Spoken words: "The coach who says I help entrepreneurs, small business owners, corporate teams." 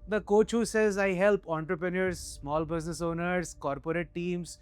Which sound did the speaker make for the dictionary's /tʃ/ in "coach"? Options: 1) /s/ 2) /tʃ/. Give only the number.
2